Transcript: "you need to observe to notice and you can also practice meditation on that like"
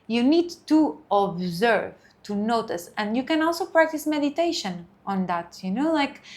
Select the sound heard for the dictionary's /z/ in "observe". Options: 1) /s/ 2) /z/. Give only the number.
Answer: 2